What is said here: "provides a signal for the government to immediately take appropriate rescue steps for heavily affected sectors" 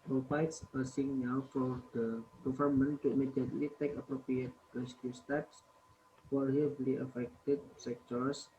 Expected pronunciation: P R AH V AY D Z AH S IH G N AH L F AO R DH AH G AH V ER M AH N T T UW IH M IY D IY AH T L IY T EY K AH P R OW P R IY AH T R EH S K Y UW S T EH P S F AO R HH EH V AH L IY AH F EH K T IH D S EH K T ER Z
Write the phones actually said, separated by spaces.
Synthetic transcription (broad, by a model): P R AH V AY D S AH S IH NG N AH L F AO R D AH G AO F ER M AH N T T UW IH M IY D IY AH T L IY T EY K AH P R OW P R IY AH T R EH S K Y UW S T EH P S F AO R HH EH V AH L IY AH F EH K T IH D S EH K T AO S